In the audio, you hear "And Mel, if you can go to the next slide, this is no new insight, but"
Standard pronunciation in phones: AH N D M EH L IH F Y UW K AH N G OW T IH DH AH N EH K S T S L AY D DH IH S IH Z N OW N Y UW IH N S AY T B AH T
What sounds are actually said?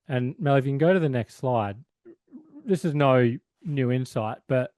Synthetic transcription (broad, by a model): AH N M EH L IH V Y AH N G OW T IH DH AH N EH K S T S L AY D DH IH S IH Z N OW N Y UW IH N S AY T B AH T